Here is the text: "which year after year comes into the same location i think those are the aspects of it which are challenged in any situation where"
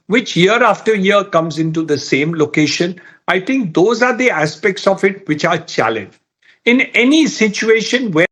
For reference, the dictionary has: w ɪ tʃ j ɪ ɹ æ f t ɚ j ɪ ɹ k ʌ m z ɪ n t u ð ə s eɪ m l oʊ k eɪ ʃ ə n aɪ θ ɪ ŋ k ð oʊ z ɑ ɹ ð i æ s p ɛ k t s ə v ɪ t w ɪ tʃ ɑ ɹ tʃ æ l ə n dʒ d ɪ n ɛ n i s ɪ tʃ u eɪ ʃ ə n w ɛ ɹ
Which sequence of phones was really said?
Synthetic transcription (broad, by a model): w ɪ tʃ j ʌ ɹ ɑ f t ɚ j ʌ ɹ k ʌ m z ɪ n t u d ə s eɪ m l oʊ k eɪ ʃ ə n aɪ t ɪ ŋ k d oʊ z ɑ ɹ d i æ s p ɛ k t s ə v ɪ t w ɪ tʃ ɑ ɹ tʃ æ l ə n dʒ ɪ n ɛ n i s ɪ tʃ u eɪ ʃ ə n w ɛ